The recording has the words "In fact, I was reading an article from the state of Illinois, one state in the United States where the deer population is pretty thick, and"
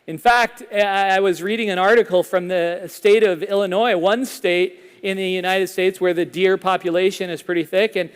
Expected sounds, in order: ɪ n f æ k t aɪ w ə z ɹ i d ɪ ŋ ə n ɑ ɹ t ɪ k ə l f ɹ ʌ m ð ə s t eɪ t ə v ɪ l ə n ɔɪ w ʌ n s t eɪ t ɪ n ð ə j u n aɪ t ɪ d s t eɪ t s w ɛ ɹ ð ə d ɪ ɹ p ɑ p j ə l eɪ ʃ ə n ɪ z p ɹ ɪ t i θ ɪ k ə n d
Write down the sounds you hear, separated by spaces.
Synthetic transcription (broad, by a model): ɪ n f æ k t aɪ w ə z ɹ i d ɪ ŋ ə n ɑ ɹ t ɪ k l f ɹ ʌ m ð ə s t eɪ t ə v ɪ l ə n ɔɪ w ʌ n s t eɪ t ɪ n ð ə j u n aɪ t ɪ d s t eɪ t s w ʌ ɹ ð ə d ɪ ɹ p ɑ p j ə l eɪ ʃ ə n ɪ z p ɹ ɪ t i θ ɪ k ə n